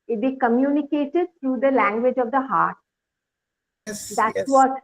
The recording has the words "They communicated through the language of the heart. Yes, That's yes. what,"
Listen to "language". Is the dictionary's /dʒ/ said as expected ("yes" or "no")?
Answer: yes